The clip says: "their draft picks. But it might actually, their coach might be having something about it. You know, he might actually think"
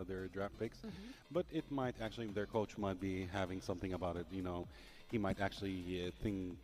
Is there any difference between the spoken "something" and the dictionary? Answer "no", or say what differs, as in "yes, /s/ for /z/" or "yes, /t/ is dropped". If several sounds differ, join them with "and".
no